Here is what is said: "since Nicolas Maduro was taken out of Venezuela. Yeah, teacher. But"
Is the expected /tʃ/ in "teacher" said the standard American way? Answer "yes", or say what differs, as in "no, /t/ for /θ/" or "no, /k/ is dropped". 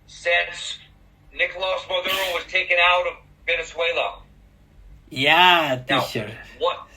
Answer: no, /ʃ/ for /tʃ/